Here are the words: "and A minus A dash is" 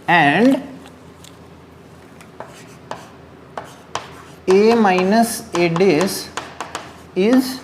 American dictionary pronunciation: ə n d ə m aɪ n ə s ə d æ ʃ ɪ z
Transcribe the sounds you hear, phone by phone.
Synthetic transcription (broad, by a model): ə n d ə m aɪ n ə s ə d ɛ s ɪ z